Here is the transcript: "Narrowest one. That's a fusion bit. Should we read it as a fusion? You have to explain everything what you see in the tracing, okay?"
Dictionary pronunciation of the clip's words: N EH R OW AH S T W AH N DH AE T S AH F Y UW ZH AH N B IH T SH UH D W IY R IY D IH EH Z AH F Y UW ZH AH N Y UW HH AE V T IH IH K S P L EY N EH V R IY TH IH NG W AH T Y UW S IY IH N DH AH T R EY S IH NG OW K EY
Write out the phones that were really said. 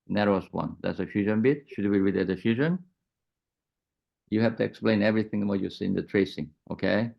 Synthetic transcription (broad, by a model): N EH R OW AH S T W AH N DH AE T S AH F Y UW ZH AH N B IH T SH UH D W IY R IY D IH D AH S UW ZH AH N Y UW HH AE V T IH IH K S P L EY N EH V R IY TH IH NG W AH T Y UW S IY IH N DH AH T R EY S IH NG OW K EY